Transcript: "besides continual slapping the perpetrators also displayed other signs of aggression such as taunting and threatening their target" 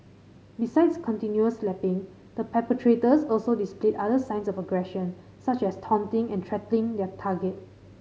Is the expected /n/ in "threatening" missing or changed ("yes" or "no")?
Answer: yes